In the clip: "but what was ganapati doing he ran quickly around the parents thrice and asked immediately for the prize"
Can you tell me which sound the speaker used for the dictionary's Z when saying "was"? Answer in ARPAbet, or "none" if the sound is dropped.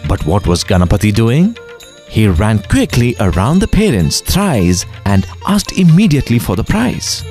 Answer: Z